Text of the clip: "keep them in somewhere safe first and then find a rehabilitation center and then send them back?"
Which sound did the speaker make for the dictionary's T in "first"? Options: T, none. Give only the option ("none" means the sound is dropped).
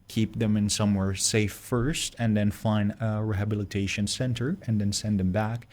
T